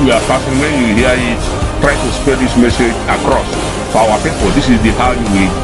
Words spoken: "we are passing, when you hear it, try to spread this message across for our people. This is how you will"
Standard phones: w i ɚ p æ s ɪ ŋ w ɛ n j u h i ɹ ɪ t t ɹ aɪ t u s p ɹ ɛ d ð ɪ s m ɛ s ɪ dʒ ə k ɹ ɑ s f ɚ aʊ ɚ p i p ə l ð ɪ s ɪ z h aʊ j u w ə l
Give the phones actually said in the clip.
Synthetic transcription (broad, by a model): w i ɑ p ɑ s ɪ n w ɛ n j u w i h ɪ t t ɹ aɪ t u s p ɛ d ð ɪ s m ɛ s ɪ dʒ ə k ɹ ɑ s f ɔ aʊ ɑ p i p ə l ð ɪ s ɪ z h aʊ j u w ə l